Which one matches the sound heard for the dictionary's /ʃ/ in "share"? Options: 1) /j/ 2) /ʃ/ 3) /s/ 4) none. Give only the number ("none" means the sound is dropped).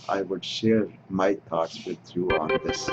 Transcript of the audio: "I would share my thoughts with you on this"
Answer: 2